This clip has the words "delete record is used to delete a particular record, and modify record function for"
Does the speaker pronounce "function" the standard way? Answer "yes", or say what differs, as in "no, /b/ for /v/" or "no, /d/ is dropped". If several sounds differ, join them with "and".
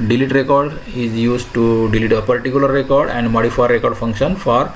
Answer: yes